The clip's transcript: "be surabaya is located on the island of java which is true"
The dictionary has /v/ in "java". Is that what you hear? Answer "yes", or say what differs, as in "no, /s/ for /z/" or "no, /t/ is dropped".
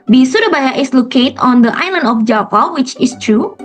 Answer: no, /p/ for /v/